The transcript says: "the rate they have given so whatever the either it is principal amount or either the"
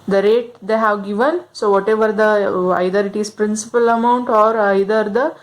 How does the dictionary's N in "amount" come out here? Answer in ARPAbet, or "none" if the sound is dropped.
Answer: N